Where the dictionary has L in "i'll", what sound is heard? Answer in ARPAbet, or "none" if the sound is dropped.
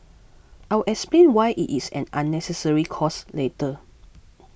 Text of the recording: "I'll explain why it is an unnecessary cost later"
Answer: W